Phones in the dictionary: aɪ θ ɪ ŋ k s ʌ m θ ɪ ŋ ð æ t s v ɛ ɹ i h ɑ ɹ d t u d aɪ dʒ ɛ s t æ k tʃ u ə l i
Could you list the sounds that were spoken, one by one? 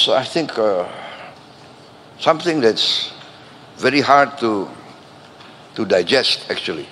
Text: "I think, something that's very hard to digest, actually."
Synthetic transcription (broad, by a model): aɪ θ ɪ ŋ k s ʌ m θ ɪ ŋ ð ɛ t s v ɛ ɹ i h ɑ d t t u d aɪ dʒ ɛ s t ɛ k tʃ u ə l i